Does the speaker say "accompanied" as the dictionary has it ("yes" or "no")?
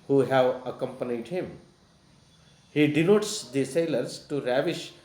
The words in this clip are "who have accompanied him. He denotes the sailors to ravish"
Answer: yes